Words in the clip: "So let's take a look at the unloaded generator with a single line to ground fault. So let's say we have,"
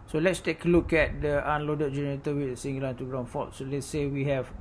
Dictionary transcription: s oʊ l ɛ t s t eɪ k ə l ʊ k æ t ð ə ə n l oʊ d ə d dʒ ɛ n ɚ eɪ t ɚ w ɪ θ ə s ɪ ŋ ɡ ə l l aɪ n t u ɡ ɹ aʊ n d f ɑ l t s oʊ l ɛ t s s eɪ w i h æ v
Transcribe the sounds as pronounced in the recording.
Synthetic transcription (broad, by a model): s oʊ l ɛ t s t eɪ k ə l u k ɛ t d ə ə n l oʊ d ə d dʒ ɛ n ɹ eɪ t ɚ w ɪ ə s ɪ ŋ ɡ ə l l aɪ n t u ɡ ɹ aʊ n f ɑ t s oʊ l ɛ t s s eɪ w i h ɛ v